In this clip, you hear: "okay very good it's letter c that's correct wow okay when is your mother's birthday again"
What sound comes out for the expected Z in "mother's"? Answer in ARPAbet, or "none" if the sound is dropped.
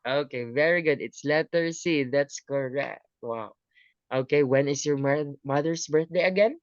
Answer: S